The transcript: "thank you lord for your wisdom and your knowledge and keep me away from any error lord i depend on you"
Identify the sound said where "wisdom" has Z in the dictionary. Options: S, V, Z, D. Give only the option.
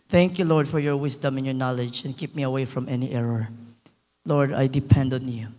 S